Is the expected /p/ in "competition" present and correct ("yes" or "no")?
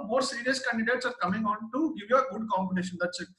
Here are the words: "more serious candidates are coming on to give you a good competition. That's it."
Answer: no